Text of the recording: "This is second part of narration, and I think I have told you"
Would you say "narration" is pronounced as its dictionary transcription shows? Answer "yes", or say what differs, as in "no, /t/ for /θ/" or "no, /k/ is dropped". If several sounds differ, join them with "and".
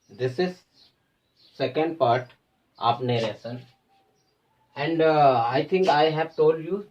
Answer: no, /s/ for /ʃ/